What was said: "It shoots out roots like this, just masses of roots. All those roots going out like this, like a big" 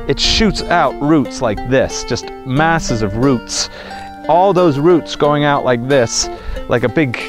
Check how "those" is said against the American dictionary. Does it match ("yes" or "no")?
yes